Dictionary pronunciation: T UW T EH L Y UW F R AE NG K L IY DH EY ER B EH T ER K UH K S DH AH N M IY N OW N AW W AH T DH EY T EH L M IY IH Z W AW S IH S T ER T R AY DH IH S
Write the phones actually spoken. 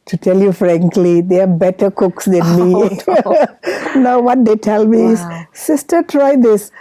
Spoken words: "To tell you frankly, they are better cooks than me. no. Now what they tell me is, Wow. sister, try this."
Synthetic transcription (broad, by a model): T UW T EH L Y UW F R AE NG K L IY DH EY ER B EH T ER K UH K S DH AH N M IY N N AW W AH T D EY T EH L M IY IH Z S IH S T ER T R AY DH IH S